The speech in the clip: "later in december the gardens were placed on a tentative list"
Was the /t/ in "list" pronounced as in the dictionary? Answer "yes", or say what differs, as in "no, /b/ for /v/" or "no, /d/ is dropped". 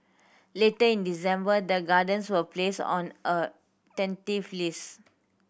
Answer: no, /t/ is dropped